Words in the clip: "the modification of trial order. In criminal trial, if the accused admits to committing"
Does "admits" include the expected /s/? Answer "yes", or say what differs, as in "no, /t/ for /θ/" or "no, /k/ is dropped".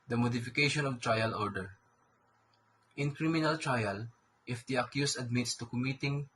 yes